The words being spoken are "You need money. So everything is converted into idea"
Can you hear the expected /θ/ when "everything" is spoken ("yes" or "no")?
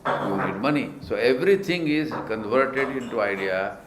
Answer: no